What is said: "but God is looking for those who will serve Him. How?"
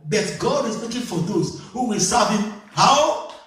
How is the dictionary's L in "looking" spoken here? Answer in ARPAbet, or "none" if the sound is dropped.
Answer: W